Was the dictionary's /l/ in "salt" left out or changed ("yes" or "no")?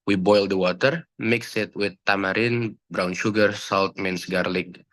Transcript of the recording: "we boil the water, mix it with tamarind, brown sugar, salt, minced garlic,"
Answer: no